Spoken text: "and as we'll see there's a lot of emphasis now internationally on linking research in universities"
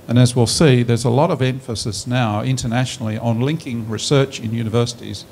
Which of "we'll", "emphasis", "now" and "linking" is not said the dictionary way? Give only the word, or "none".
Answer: none